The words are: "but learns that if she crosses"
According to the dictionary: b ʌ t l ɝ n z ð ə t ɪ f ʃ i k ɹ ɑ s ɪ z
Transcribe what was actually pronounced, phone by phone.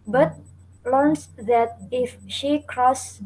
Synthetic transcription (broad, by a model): b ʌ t l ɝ n s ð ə t ɪ f ʃ i k ɹ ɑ s